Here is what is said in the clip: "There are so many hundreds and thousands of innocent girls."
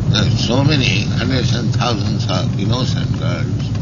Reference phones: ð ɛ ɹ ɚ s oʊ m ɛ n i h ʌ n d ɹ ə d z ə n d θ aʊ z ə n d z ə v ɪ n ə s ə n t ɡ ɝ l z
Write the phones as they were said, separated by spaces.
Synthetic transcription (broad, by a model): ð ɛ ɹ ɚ s oʊ m ɛ n i h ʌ n d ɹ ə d s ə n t aʊ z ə n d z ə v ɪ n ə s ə n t ɡ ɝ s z